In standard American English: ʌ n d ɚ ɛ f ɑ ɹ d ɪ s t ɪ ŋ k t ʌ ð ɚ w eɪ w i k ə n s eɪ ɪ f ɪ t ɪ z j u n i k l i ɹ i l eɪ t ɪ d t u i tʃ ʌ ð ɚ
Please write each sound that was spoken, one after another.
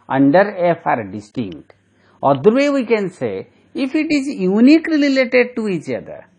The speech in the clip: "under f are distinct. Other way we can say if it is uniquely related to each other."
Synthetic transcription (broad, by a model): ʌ n d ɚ ɛ f ɑ ɹ d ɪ s t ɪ ŋ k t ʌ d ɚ w eɪ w i k ə n s eɪ ɪ f ɪ t ɪ z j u n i k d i l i l eɪ t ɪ d t u i tʃ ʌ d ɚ